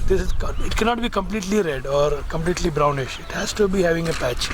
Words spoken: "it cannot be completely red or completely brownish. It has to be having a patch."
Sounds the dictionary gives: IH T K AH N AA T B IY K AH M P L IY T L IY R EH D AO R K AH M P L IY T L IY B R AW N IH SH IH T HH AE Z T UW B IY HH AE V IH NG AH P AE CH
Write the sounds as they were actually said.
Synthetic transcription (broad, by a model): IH T K AH N AA T B IY K AH M P L IY T L IY R EH D AO R K AH M P L IY T L IY B R AW N IH SH IH T HH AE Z T UW B IY HH AE V IH NG AH P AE CH